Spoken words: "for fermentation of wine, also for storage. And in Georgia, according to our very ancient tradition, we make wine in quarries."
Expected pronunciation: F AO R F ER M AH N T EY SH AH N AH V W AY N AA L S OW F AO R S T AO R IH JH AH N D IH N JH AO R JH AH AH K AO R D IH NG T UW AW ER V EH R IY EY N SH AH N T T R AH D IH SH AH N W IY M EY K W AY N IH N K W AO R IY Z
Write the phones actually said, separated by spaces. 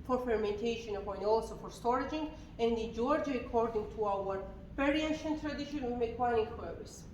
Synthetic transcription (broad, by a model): F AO R F ER M AH N T EY SH AH N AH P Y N AA L S OW F AO R S T AO R IH JH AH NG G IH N JH AO R JH AH AH K AO R D IH NG T UW AW ER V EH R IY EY SH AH N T T R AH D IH SH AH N W IY M EY K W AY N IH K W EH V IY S